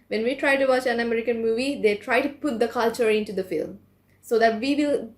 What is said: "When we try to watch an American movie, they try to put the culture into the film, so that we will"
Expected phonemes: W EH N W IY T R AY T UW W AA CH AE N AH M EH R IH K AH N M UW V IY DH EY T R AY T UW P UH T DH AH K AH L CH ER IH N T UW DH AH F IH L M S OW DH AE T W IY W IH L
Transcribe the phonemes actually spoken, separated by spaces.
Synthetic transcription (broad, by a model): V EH N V IY T R AY T UW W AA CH AE N AH M EH R IH K AH N M UW V IY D EY T R AY T UW P UH T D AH K AH L CH ER IH N T UW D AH F IH L M S OW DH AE T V IY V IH L